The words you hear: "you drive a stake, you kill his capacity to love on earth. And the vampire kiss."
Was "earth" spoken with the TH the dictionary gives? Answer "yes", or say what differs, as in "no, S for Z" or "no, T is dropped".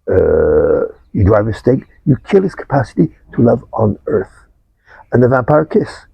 yes